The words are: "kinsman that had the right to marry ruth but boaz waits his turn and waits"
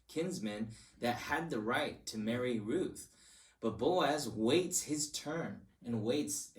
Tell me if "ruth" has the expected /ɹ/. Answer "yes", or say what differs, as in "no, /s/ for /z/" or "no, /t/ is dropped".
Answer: yes